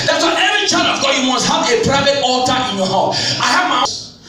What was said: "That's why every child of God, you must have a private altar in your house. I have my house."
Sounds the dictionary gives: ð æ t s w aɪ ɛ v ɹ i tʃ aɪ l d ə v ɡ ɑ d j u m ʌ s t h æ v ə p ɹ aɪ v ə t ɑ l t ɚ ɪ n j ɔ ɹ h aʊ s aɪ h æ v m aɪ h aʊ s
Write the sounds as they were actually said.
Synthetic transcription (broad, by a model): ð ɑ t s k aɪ ɛ v ɹ i tʃ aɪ d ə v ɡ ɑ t j u m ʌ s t h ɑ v ə p ɹ aɪ v ə t ɑ l t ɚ ɪ n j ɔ h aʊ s aɪ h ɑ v m aɪ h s